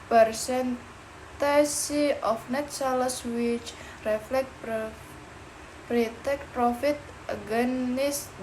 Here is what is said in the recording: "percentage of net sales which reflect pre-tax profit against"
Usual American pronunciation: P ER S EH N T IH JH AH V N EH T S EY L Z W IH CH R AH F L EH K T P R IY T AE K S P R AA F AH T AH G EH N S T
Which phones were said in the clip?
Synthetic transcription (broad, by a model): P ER S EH N T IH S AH F N EH T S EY L S W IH CH R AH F L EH K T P R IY T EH K P R AA F AH T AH G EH N S